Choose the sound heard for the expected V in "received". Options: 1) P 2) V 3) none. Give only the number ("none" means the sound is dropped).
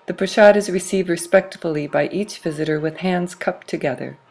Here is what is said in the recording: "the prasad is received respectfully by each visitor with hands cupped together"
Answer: 2